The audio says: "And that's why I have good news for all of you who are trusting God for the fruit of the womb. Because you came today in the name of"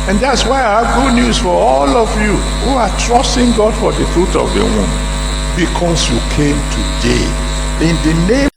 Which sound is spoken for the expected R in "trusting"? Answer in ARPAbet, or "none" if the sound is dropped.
R